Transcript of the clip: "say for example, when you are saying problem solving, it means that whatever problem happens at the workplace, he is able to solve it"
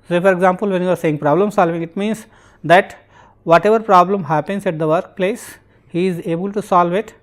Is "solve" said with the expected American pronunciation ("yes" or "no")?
yes